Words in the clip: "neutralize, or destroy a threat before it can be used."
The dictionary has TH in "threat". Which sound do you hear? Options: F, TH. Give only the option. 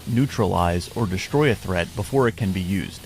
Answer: TH